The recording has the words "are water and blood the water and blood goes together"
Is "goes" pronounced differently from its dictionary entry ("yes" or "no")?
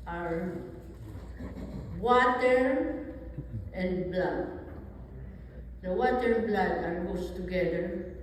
yes